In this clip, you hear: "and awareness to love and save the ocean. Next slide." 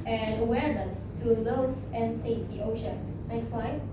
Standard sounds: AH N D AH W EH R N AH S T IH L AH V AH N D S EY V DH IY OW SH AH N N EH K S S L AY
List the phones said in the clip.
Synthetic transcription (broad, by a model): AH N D AH W EH R N AH S T IH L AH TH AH N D S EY F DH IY OW SH AH N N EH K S S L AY